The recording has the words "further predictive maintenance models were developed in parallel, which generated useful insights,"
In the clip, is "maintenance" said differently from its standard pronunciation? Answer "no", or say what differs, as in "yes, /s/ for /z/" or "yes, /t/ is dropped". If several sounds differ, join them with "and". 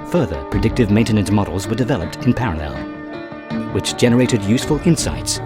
yes, /s/ is dropped